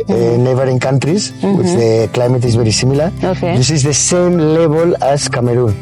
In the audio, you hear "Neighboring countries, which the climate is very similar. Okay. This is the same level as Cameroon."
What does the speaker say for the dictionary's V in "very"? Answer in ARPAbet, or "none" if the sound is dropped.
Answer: B